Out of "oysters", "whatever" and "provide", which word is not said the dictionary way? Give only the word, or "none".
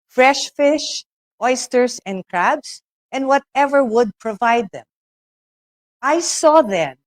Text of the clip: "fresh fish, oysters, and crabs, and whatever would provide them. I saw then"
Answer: oysters